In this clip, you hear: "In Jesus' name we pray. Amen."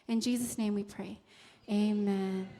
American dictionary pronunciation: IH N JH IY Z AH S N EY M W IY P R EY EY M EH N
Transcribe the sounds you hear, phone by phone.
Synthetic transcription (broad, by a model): IH N JH IY Z AH S N EY M W IY P R EY EY M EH N